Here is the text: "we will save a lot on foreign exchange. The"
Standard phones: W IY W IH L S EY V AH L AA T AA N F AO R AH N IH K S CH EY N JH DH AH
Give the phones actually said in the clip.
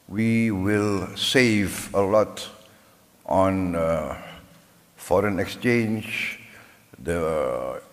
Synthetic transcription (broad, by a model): W IY W IH L S EY V AH L AA T AA N F AO R AH N IH K S CH EY N JH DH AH